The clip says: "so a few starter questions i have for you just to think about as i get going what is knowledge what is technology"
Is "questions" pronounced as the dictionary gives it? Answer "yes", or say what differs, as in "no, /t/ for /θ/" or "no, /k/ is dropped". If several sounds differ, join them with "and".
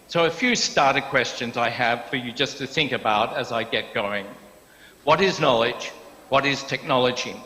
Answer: yes